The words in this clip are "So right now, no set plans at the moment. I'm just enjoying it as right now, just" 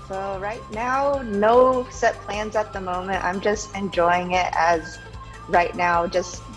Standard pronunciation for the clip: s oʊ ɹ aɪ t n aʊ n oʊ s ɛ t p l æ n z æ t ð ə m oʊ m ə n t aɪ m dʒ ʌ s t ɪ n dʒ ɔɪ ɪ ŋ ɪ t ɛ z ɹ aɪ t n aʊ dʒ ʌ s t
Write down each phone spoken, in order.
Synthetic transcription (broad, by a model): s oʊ ɹ aɪ t n aʊ n oʊ s ɛ t p l æ n z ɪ t ð ə m oʊ m ə n t aɪ m dʒ ʌ s t ɪ n dʒ ɔɪ ɪ ŋ ɪ t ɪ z ɹ aɪ t n aʊ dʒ ʌ s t